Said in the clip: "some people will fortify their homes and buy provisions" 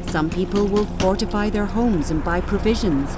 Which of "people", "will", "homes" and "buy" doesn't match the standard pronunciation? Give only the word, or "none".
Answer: none